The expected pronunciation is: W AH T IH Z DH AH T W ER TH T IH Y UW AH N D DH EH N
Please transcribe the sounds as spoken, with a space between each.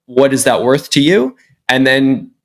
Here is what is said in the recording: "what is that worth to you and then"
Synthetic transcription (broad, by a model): W AH T IH Z DH AH T W ER TH T IH Y UW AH N DH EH N